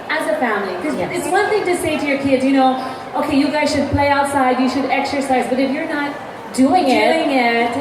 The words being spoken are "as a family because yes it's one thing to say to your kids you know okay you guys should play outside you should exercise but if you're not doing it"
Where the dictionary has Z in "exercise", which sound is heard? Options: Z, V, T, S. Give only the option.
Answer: Z